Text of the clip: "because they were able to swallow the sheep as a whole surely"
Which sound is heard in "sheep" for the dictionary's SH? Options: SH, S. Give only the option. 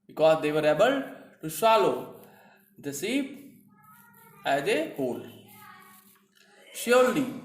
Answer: S